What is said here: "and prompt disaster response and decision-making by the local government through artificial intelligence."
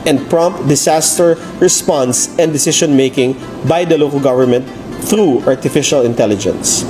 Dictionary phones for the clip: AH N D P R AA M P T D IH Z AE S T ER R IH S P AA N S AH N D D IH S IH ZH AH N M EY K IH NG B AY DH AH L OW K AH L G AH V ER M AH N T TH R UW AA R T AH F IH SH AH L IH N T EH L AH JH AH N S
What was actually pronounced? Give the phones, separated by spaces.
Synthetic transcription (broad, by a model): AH N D P R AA M P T D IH S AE S T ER R IH S P AA N S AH N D D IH S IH SH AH N M EY K IH NG B AY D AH L OW K AH L G AH V ER M AH N T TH R UW AA R T AH F IH SH AH L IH N T EH L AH JH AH N S